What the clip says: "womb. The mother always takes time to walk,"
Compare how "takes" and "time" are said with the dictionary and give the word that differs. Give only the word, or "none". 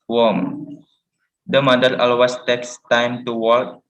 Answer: none